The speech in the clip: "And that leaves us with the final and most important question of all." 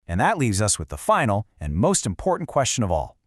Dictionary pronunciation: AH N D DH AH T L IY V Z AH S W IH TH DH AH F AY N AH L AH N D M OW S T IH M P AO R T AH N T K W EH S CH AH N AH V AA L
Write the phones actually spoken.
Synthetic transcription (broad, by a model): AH N DH AH T L IY V Z AH S W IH DH AH F AY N L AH N M OW S T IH M P AO R T N K W EH S CH AH N AH V AA L